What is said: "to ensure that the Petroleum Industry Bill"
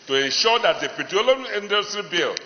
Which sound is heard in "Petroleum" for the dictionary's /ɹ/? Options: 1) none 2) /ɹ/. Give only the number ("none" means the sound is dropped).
1